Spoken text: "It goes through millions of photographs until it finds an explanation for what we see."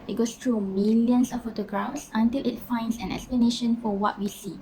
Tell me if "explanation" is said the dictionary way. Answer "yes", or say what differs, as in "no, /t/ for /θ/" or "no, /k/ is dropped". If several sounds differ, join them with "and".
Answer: yes